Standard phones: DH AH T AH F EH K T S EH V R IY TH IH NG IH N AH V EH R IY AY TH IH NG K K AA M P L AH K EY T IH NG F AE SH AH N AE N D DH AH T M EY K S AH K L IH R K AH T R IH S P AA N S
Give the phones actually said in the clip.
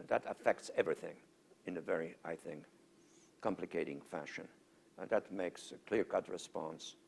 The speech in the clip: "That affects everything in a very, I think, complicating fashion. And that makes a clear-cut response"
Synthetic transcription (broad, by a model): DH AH T AH F EH K T S EH V R IY TH IH NG IH N AH V EH R IY AY TH IH NG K K AA M P L AH K EY T IH NG F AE SH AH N N DH AH T M EY K S AH K L IH R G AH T R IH S P AA N S